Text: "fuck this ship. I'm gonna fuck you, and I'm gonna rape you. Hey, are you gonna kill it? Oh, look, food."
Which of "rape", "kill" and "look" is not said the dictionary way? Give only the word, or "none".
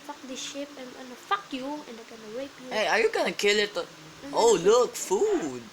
rape